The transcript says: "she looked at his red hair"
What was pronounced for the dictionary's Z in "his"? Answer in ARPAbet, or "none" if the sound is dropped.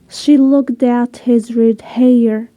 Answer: Z